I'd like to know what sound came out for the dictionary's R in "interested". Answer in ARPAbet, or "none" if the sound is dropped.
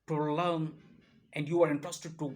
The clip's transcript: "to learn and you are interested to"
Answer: R